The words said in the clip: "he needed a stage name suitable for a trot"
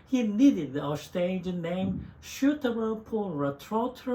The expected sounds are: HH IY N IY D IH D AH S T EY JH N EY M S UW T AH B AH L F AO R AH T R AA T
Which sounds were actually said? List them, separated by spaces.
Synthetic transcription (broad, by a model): HH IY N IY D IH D AH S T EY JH N EY M SH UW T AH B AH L P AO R AH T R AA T